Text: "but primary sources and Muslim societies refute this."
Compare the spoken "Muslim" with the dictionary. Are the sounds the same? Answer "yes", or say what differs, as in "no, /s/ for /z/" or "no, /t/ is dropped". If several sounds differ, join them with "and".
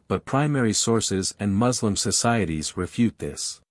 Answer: yes